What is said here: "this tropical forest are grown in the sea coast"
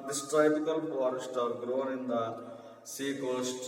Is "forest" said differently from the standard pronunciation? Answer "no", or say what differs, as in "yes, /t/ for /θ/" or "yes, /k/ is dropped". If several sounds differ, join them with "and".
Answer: yes, /p/ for /f/